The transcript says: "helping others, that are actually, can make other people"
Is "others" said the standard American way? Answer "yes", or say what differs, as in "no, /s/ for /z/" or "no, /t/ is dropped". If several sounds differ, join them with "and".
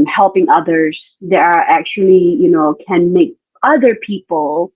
yes